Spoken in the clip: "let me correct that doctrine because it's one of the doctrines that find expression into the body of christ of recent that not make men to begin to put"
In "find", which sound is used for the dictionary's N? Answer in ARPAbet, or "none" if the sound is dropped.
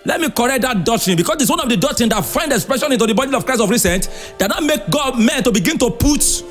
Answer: N